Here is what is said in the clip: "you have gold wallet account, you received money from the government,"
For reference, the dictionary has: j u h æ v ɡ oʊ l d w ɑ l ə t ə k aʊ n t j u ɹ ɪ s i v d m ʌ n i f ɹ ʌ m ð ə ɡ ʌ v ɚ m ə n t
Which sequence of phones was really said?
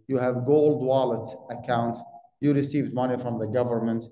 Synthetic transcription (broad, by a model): j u h æ v ɡ oʊ l d w ɑ l ə t ə k aʊ n t j u ɹ ɪ s i v d m ʌ n i f ɹ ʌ m ð ə ɡ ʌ v ɚ m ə n t